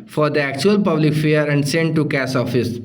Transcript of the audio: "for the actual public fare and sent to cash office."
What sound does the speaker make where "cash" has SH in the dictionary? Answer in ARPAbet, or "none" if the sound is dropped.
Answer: S